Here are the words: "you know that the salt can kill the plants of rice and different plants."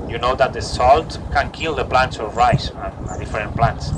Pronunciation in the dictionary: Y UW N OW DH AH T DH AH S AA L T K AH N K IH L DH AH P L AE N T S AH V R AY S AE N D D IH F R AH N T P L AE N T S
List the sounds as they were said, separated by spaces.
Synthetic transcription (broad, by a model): Y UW N OW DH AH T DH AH S AA L T K AH N K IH L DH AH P L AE N T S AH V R AY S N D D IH F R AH N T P L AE N T S